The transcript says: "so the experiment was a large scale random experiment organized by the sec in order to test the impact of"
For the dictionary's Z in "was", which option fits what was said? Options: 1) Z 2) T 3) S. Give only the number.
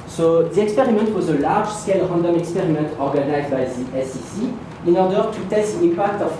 1